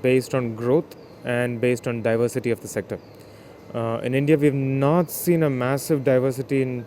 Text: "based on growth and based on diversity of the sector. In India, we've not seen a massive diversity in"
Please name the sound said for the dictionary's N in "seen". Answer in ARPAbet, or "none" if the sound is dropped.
N